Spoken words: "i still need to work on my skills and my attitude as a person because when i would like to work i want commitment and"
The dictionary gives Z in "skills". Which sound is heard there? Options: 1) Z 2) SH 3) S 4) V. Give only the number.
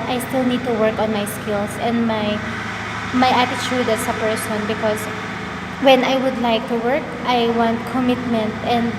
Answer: 3